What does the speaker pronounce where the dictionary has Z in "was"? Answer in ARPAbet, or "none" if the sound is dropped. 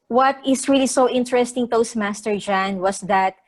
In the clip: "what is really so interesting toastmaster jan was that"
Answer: S